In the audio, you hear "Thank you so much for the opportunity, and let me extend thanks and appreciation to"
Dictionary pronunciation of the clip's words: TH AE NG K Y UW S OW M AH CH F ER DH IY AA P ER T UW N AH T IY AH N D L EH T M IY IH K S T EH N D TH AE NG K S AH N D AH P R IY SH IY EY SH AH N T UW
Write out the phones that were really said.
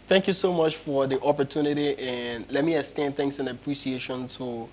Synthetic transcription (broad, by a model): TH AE NG K Y UW S OW M AH CH F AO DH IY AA P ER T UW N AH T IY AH N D L EH T M IY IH S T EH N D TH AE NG K S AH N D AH P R IY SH IY EY SH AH N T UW